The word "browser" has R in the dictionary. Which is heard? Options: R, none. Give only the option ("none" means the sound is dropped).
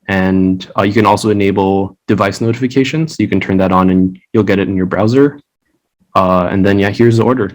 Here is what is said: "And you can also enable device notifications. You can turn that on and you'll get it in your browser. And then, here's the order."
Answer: R